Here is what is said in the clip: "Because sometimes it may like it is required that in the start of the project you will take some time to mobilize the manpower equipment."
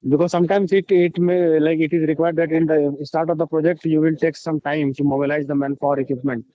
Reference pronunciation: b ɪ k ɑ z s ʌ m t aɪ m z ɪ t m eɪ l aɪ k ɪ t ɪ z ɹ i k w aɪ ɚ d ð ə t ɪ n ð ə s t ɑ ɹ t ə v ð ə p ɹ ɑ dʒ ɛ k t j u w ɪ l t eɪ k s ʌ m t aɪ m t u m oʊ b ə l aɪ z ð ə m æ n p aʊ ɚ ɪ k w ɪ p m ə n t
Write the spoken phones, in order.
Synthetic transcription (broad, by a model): b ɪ k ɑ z s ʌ m t aɪ m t ɪ t m eɪ l aɪ k ɪ t ɪ z ɹ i k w aɪ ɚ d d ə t ɪ n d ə s t ɑ ɹ t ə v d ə p ɹ ɑ dʒ ɛ k t j u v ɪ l t eɪ k s ʌ m t aɪ m s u m oʊ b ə l aɪ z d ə m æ n f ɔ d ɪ k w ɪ p m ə n t